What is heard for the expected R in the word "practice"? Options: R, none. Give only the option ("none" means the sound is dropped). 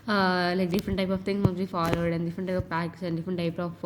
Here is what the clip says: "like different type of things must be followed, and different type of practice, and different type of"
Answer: none